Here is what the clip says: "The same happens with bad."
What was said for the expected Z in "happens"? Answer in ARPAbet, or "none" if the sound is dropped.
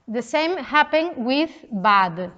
none